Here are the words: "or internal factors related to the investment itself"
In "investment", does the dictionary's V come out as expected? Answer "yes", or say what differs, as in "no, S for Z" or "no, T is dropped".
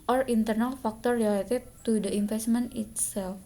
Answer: no, F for V